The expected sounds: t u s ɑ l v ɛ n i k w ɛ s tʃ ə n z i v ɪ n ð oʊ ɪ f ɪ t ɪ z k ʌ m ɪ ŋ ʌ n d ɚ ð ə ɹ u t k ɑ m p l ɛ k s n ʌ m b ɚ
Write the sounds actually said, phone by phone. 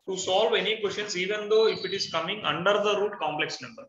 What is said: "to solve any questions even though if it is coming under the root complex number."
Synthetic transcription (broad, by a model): t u s ɑ l v ɛ n i k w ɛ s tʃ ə n s i v ɪ n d oʊ ɪ f ɪ t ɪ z k ʌ m ɪ ŋ ʌ n d ɚ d ə ɹ u t k ɑ m p l ɛ k s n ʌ m b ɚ